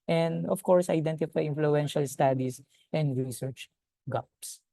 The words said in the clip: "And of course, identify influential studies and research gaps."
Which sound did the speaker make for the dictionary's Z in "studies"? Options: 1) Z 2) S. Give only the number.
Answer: 2